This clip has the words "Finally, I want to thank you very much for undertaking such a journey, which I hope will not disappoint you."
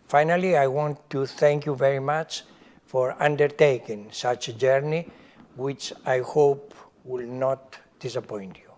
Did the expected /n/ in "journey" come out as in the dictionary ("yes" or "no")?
yes